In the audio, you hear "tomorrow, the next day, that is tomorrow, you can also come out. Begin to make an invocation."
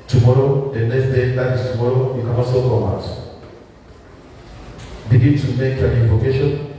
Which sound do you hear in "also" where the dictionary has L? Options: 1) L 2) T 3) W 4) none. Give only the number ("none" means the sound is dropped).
4